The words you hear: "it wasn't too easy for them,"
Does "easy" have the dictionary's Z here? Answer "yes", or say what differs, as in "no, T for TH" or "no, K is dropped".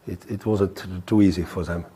yes